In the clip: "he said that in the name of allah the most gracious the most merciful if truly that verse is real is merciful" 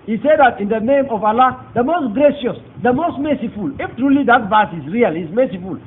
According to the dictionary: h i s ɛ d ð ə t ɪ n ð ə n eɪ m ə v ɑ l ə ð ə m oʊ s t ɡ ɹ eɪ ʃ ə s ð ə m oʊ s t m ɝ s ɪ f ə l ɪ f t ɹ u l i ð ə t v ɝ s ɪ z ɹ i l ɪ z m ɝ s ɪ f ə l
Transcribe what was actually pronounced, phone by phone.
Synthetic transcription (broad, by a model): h i s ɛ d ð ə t ɪ n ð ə n eɪ m ə v ɑ l ə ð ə m oʊ s t ɡ ɹ eɪ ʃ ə s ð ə m oʊ s t m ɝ s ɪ f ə l ɪ f t ɹ u l i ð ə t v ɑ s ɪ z ɹ i l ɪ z m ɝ s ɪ f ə l